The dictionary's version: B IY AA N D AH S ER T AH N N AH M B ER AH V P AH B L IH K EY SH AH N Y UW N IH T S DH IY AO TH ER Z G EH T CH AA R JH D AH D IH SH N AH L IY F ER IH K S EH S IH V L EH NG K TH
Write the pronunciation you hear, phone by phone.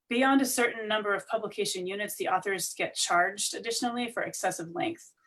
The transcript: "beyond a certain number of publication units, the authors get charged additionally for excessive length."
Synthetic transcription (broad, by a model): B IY AA N D AH S ER T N N AH M B ER AH V P AH B L IH K EY SH AH N Y UW N IH T S DH IY AO TH ER Z G EH T CH AA R JH D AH D IH SH N L IY F ER IH K S EH S IH V L EH NG K TH